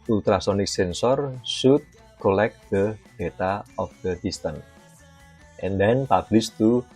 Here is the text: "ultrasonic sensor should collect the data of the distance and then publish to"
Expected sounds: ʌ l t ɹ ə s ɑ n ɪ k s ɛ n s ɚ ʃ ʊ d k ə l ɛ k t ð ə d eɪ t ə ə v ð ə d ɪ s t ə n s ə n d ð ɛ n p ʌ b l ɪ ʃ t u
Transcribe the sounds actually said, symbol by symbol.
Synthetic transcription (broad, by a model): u l t ɹ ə s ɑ n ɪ k s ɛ n s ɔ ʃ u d k ə l ɛ k t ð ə d eɪ t ə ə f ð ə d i s t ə n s ə n d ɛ n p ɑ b l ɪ s t u